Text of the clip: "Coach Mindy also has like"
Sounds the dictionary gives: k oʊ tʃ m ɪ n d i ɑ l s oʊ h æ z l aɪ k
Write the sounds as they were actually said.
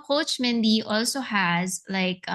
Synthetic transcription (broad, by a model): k oʊ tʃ m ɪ n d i ɑ l s oʊ h æ z l aɪ k